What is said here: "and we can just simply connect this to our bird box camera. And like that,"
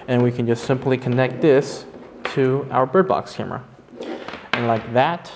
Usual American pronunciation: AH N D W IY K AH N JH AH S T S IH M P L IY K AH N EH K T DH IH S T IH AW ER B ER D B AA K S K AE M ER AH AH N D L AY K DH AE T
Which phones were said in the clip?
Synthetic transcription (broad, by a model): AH N W IY K AH N JH AH S T S IH M P L IY K AH N EH K T DH IH S T IH AW ER B ER D B AA K S K AE M ER AH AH N L AY K DH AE T